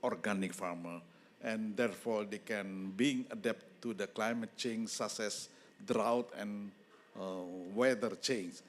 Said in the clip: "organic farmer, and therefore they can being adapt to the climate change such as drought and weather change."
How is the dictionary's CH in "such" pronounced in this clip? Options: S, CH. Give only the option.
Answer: S